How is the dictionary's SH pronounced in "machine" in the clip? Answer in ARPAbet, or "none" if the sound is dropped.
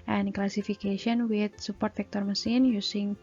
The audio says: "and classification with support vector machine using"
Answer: S